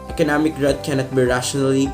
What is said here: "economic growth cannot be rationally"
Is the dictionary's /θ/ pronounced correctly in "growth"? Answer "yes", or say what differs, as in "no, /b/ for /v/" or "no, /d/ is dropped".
no, /t/ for /θ/